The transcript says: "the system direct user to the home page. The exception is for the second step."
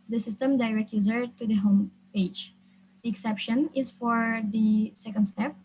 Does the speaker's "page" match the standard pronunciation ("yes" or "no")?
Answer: yes